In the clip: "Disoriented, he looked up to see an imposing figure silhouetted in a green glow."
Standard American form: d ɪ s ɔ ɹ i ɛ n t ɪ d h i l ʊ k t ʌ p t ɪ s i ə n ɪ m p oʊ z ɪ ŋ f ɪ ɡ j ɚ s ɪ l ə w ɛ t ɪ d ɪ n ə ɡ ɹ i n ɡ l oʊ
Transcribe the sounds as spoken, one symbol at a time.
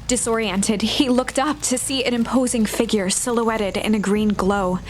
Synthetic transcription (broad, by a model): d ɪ s ɔ ɹ i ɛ n t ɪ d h i l ʊ k t ʌ p t ɪ s i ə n ɪ m p oʊ z ɪ ŋ f ɪ ɡ j ɚ s ɪ l ə w ɛ t ɪ d ɪ n ə ɡ ɹ i n ɡ l oʊ